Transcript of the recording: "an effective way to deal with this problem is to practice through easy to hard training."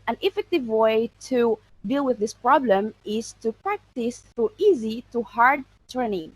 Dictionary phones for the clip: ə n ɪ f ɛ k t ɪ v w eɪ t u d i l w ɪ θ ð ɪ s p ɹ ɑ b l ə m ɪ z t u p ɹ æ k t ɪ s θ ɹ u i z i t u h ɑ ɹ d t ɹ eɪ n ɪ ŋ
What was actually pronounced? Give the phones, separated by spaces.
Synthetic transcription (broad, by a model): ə n ɪ f ɛ k t ɪ v w eɪ t u d i l w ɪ ð ɪ s p ɹ ɑ b l ə m ɪ z t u p ɹ æ k t ɪ s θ u i z i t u h ɑ ɹ d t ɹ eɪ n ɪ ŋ